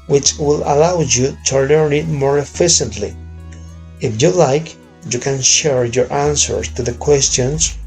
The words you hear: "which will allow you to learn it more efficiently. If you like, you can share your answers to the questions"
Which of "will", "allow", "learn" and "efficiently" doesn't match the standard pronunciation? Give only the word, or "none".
learn